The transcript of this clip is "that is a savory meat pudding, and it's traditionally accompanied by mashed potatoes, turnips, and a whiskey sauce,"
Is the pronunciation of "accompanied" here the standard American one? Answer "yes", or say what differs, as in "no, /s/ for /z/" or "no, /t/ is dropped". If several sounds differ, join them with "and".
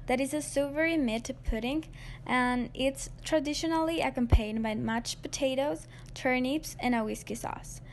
no, /n/ is dropped